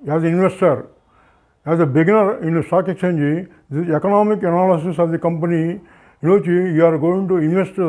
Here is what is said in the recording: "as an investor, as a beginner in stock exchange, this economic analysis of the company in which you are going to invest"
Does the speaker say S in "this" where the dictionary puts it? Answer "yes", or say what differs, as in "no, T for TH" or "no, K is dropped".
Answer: no, S is dropped